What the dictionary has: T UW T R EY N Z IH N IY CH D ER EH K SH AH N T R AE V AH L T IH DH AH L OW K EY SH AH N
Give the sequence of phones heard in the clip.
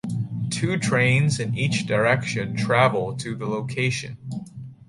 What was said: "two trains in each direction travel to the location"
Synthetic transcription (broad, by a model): T UW T R EY N Z IH N IY CH D ER EH K SH AH N T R AE V L T IH DH AH L OW K EY SH AH N